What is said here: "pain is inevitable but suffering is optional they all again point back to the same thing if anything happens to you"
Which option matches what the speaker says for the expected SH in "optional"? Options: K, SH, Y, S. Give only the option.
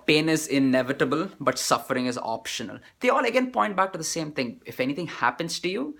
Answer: SH